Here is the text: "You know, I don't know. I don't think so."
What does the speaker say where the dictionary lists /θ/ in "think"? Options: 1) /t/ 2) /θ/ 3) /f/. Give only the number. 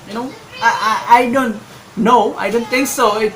1